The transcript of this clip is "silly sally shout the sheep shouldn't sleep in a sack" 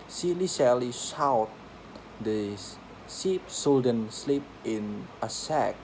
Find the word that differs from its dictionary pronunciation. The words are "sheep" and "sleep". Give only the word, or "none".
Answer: sheep